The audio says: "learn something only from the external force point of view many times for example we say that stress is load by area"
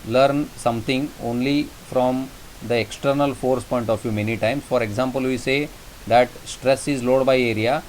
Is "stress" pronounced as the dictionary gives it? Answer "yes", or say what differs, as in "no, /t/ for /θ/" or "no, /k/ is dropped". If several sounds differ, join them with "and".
yes